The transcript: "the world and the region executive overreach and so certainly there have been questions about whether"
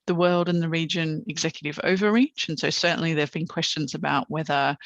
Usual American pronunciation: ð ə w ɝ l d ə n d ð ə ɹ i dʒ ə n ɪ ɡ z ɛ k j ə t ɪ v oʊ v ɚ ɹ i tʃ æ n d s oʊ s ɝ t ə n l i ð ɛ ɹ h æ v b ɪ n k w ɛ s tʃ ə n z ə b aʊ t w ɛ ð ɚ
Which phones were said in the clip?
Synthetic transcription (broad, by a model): ð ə w ɝ l d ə n ð ə ɹ i dʒ ə n ɪ ɡ z ɛ k j ə t ɪ v oʊ v ɚ ɹ i tʃ n s oʊ s ɝ t n l i ð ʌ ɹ v b ɪ n k w ɛ s tʃ ə n z ə b aʊ t w ɛ ð ɚ